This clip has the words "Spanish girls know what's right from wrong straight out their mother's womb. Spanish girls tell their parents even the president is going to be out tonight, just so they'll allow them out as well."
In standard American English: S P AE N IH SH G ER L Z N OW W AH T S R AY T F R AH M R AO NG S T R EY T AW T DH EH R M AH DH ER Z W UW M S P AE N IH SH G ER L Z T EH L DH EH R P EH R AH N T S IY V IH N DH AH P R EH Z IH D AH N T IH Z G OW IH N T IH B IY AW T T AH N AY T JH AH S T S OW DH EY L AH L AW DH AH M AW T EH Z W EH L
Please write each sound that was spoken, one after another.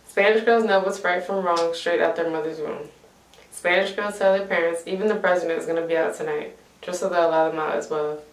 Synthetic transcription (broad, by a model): S P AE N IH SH G ER L Z N OW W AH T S R AY T F R AH M R AO NG S T R EY T AW T DH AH R M AH DH ER Z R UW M S P AE N IH SH G ER L Z T EH L DH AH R P EH R AH N T S IY V IH N DH AH P R EH Z IH D AH N T IH Z G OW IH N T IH B IY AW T T AH N AY T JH AH S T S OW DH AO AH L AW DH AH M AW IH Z W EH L